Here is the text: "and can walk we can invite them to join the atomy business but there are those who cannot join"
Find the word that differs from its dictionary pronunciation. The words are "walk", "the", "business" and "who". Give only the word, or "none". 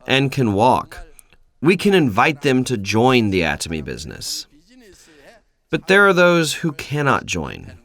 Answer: none